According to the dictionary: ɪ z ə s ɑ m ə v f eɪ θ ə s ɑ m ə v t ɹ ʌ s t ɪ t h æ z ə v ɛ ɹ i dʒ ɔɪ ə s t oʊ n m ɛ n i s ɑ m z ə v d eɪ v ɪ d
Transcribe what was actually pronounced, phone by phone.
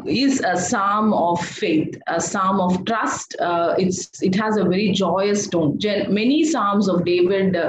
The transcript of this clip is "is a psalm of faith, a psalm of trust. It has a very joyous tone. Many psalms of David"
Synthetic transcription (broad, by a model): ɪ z ə s ɑ m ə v f eɪ t ə s ɑ m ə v t ɹ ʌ s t ɪ t h æ z ə v ɛ ɹ i dʒ ɔɪ ə s t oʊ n m ɛ n i s ɑ m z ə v d eɪ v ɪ d